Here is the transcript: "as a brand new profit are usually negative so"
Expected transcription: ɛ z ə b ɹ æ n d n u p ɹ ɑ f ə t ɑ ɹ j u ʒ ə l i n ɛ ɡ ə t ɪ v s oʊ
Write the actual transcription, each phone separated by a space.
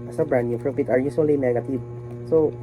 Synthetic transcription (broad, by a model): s ə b ɹ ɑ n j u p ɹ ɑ p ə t ɑ ɹ j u s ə l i n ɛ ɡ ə t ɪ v s oʊ